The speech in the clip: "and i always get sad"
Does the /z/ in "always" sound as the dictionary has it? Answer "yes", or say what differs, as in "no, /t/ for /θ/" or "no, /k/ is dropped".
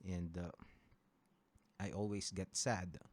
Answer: no, /s/ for /z/